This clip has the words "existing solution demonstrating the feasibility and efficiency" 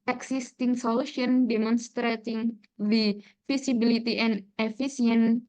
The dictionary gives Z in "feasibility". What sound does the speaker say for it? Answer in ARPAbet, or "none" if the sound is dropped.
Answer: S